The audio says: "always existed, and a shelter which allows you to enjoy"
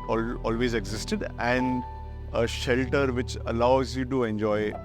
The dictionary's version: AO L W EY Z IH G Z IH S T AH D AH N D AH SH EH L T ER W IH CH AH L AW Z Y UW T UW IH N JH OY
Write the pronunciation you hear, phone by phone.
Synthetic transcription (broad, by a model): AO L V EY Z IH G Z IH S T AH D AH N D AH SH EH L T ER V IH CH AH L AW Z Y UW T UW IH N JH OY